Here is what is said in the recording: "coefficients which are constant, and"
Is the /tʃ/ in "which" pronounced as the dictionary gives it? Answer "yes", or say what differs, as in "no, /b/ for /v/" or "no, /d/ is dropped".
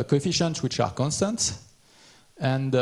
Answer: yes